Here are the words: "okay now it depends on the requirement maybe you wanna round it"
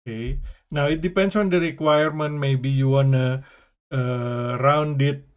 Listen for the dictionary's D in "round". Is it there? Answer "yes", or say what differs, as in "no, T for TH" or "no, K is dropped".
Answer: yes